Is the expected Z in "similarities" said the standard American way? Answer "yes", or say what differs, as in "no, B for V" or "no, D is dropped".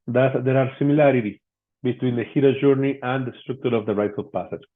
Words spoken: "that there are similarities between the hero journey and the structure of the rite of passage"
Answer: no, Z is dropped